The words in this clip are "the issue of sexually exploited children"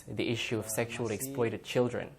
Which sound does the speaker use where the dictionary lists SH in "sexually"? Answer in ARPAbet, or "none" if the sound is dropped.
SH